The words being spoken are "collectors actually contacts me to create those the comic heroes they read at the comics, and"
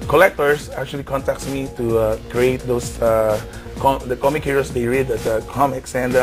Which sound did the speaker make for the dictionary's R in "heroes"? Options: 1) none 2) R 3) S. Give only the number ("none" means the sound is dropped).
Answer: 1